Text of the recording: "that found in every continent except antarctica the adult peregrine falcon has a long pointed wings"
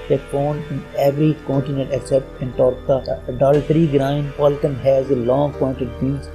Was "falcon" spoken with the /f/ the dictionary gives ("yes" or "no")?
no